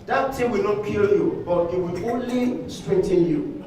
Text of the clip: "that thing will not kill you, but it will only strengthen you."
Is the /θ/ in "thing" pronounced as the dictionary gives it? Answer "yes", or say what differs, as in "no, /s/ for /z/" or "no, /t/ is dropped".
no, /t/ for /θ/